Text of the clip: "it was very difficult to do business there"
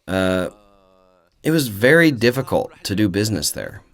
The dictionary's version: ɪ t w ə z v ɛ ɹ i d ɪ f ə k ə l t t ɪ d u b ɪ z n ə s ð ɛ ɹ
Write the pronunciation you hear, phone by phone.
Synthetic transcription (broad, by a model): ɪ t w ə z v ɛ ɹ i d ɪ f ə k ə l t t ɪ d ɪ b ɪ z n ə s ð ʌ ɹ